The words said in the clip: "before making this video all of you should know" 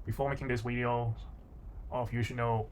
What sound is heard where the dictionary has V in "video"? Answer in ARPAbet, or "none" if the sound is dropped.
W